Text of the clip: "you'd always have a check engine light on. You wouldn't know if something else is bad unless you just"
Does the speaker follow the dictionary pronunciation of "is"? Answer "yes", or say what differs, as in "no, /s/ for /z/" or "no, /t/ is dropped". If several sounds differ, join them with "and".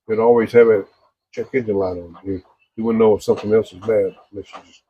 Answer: yes